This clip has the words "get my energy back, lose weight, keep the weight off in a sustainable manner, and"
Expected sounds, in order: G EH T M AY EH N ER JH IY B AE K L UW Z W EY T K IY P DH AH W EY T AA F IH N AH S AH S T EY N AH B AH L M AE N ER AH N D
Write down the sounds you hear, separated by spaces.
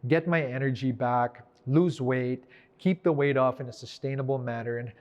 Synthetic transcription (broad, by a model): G EH T M AY EH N ER JH IY B AE K L UW Z W EY T K IY P DH AH W EY T AA F IH N AH S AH S T EY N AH B L M AE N ER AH N